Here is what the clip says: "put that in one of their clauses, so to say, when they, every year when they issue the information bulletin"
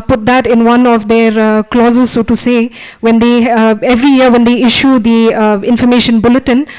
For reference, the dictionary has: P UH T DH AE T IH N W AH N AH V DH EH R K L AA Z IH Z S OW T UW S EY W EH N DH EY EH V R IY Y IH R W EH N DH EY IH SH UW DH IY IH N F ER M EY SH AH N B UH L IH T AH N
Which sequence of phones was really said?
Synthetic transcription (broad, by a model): P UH T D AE T IH N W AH N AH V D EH R K L AA Z IH Z S OW T UW S EY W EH N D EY EH V R IY Y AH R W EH N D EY IH SH UW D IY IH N F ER M EY SH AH N B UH L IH T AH N